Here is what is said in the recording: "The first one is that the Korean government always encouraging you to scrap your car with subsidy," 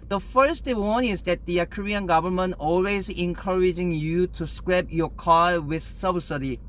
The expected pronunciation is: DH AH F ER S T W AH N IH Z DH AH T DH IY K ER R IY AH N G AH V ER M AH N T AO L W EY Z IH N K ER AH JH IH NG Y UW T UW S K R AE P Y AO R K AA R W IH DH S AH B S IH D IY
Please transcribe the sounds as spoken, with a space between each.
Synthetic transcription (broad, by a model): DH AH F ER S T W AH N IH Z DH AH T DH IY K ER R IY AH N G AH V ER M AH N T AO L W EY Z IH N K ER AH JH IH NG Y UW T UW S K R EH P Y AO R K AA L W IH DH S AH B S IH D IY